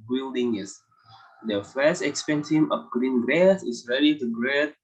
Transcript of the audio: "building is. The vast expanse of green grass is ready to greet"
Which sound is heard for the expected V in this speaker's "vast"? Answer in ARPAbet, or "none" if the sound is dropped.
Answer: F